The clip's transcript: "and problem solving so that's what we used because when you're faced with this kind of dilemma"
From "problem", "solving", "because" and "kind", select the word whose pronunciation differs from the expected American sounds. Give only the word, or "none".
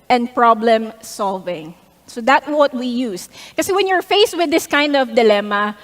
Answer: because